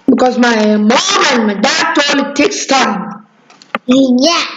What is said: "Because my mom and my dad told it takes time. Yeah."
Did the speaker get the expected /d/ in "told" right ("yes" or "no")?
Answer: no